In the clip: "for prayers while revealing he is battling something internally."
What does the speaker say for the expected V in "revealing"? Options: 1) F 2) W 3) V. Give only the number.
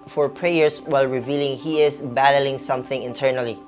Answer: 3